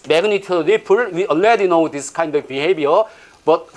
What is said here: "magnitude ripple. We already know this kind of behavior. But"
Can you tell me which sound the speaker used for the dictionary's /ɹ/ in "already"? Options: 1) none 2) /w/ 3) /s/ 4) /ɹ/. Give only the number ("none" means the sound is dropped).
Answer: 1